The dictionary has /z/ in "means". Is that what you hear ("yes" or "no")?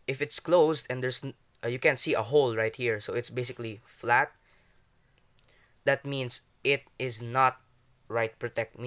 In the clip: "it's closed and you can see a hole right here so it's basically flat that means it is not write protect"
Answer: no